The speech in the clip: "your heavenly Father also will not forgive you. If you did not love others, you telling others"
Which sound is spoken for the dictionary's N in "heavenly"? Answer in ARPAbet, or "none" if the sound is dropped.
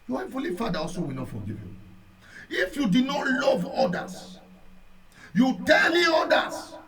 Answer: none